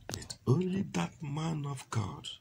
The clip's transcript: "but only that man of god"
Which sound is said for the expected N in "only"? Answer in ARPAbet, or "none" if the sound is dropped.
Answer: N